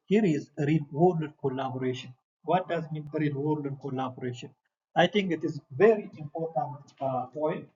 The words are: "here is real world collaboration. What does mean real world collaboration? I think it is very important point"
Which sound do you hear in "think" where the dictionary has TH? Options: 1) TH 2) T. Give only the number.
2